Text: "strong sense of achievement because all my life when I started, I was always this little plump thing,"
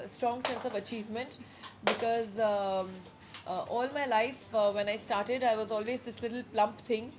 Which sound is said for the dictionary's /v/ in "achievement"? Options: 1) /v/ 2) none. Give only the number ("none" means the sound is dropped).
1